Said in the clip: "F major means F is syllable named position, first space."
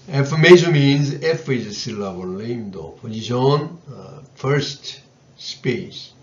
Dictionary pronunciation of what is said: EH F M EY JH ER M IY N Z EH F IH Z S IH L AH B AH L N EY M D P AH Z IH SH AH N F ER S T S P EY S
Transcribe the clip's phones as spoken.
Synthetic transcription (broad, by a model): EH F M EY SH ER M IY N Z EH F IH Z S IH L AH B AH L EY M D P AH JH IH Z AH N F ER S T S P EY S